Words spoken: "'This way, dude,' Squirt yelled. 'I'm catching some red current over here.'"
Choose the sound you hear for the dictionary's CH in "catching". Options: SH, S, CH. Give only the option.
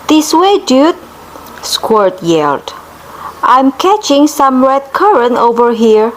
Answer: CH